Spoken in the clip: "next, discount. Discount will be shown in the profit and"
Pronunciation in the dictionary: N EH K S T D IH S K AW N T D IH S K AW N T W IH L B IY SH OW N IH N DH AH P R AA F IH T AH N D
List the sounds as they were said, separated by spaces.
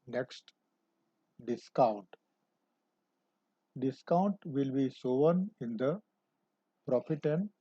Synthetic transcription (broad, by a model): N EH K S T D IH S K AW N T D IH S K AW N T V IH L B IY S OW N IH N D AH P R AA F IH T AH N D